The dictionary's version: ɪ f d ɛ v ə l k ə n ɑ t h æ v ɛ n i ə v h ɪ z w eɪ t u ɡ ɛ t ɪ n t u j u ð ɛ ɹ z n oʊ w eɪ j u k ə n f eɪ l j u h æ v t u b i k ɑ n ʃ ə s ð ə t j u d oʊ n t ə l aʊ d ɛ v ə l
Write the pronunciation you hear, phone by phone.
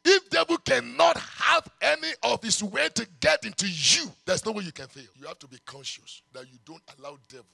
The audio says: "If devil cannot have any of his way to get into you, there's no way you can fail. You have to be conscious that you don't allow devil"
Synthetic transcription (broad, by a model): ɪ f d ɛ v ə l k ə n ɑ t h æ v ɛ n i ə v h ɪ s w eɪ t u ɡ ɛ t ɪ n t u j u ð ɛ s n oʊ w eɪ j u k ə n f eɪ l j u h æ f t u b i k ɑ n ʃ ə s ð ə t j u d oʊ n t ə l aʊ d ɛ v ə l